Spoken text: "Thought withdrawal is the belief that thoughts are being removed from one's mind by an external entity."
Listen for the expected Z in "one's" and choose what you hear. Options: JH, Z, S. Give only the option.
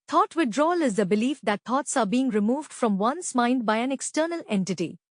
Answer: S